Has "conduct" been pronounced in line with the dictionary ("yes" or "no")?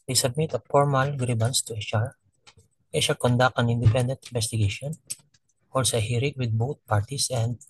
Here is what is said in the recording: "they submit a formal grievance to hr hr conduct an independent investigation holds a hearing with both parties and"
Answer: no